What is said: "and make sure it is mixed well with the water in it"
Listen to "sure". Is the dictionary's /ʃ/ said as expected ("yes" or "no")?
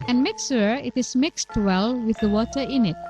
no